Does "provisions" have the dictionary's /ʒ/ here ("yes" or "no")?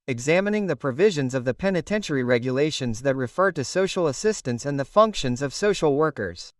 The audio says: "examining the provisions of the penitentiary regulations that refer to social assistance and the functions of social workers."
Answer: yes